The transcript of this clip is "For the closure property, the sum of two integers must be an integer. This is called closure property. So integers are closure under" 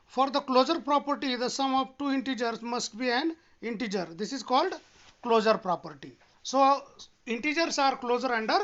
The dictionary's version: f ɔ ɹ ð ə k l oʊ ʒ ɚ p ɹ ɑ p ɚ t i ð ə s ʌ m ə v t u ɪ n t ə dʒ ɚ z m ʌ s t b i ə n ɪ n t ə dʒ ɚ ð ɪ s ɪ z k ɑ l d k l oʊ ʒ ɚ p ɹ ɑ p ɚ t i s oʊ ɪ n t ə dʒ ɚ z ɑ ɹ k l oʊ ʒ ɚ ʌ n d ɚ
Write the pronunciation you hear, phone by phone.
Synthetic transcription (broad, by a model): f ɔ ɹ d ə k l oʊ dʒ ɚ p ɹ ɑ p ɚ t i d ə s ʌ m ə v t u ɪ n t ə dʒ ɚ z m ʌ s t b i ə n ɪ n t ə dʒ ɚ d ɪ s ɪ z k ɑ l d k l oʊ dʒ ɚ p ɹ ɑ p ɚ t i s oʊ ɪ n t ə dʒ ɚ s ɑ ɹ k l oʊ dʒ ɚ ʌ n d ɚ